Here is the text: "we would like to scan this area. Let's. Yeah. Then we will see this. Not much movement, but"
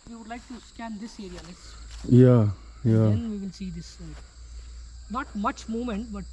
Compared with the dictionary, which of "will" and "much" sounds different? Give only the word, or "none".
will